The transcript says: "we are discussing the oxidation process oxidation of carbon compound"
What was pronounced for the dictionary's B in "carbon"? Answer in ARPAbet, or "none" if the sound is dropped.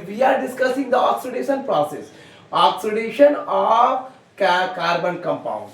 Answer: B